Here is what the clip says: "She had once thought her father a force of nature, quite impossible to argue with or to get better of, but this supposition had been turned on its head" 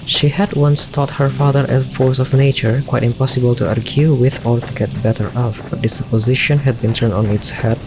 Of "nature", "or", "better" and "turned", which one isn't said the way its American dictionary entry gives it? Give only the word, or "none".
or